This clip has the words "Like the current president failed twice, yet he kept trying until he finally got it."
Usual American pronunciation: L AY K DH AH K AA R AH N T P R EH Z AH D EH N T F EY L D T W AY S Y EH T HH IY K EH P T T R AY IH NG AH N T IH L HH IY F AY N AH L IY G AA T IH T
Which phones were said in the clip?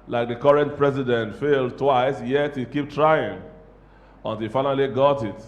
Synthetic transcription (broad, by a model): L AY K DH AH K AA R AH N T P R EH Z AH D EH N T F EY L D T W AY S Y EH T HH IY K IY P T T R AY IH NG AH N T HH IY F AY N AH L IY G AA T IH T